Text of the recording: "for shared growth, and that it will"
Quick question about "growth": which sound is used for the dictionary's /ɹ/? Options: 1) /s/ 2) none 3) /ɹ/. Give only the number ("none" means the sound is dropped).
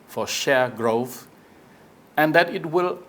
3